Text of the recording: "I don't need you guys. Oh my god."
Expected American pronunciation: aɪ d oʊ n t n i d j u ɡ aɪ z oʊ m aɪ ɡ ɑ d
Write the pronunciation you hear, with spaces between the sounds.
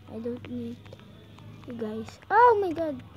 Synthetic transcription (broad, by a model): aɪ d oʊ n t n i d j u ɡ aɪ s oʊ m aɪ ɡ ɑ d